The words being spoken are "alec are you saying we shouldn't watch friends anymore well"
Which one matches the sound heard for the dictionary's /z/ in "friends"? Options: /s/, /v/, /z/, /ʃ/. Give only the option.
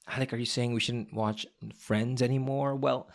/z/